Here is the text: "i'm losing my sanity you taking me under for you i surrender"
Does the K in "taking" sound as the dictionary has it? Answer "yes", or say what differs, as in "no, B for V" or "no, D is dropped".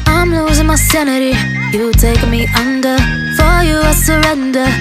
no, K is dropped